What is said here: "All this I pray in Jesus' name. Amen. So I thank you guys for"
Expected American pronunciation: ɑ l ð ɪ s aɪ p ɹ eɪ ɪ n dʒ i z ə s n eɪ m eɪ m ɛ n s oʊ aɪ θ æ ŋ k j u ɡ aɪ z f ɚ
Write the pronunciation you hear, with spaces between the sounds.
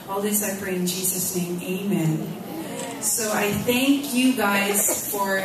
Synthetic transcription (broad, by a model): ɑ l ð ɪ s aɪ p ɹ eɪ ɪ n dʒ i z ə s n eɪ m eɪ m ɛ n s oʊ aɪ θ æ ŋ k j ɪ ɡ aɪ z f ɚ